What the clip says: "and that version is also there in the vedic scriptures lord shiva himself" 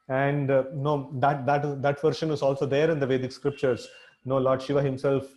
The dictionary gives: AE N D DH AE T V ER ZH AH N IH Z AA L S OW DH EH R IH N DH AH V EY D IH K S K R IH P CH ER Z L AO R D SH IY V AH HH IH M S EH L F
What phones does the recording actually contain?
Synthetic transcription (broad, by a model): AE N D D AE T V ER SH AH N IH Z AA L S OW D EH R IH N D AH V EY D IH K S K R IH P CH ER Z N AO L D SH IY V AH HH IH M S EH L F